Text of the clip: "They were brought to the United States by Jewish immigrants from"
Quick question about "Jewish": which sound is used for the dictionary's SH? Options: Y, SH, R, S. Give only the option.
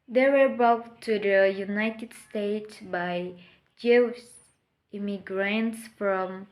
S